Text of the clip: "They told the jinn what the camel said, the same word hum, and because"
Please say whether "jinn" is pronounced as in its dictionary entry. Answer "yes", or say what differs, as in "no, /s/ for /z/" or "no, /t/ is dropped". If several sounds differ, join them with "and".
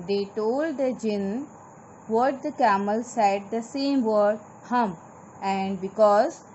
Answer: yes